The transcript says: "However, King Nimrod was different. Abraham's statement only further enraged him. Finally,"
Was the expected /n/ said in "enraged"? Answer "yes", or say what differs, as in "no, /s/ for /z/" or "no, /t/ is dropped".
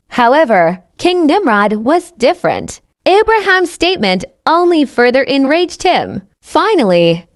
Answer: yes